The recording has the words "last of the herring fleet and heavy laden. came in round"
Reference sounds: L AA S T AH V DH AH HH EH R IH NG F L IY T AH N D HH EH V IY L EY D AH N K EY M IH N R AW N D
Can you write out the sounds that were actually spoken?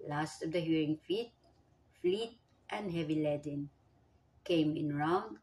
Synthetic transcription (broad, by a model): L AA S T AH V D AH HH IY R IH NG F L IY T AH N D HH EH V IY L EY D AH N K EY M IH N R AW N